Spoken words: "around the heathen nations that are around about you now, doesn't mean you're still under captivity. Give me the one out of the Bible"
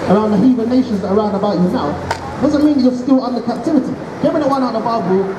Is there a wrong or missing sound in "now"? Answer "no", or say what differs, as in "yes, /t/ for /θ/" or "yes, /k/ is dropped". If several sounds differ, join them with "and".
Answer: yes, /l/ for /n/